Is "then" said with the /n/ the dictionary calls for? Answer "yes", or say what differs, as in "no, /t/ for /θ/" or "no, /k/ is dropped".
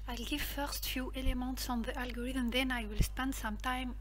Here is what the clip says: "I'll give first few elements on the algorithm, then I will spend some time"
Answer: yes